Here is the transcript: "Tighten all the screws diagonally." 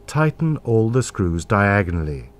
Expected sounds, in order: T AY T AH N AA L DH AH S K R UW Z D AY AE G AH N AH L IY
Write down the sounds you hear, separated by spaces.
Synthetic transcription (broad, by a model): T AY T N AA L DH AH S K R UW Z D AY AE G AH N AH L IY